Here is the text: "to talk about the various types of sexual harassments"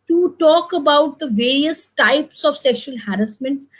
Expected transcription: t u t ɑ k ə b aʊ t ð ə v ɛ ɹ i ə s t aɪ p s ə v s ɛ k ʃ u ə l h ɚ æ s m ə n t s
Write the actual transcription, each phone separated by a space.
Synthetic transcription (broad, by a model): t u t ɑ k ə b aʊ t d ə v ɛ ɹ i ə s t aɪ p s ə v s ɛ k ʃ u ə l h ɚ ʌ s m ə n t s